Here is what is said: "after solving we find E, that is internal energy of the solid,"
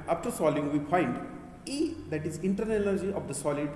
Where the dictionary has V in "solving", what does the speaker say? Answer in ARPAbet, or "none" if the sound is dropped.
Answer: none